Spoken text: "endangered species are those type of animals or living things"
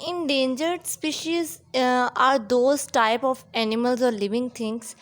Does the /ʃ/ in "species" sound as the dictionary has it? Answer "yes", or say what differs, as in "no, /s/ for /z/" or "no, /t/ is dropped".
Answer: yes